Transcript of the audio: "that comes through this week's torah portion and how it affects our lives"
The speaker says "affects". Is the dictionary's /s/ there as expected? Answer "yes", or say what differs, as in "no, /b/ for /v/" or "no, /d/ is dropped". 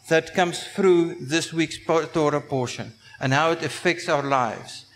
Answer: yes